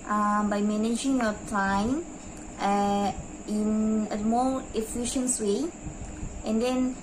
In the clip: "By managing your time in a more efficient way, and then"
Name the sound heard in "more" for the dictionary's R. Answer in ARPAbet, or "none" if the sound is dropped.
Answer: L